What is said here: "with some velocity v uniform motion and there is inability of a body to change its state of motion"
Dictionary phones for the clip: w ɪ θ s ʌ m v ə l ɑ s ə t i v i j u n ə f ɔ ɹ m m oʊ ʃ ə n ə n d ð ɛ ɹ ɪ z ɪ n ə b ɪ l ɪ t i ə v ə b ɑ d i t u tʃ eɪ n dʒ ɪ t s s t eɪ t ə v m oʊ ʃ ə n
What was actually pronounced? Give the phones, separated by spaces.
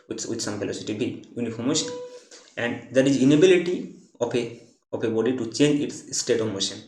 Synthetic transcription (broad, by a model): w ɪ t s ʌ m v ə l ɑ s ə t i b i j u n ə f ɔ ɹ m m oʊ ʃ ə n ə n d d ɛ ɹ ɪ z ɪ n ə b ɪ l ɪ t i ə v ə b ɑ d i t u tʃ eɪ n dʒ ɪ t s s t eɪ t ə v m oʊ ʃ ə n